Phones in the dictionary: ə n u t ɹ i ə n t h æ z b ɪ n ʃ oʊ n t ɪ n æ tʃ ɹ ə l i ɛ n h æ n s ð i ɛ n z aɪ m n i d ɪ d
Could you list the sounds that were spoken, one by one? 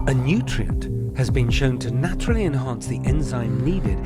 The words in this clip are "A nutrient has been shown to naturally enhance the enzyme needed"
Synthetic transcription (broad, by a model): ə n u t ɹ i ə n t h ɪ z b ɪ n ʃ oʊ n t ɪ n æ tʃ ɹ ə l i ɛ n h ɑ n s ð i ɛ n z aɪ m n i d ɪ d